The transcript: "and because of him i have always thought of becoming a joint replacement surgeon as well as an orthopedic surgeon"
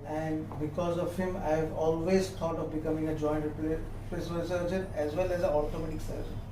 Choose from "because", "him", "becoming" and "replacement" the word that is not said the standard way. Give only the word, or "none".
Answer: replacement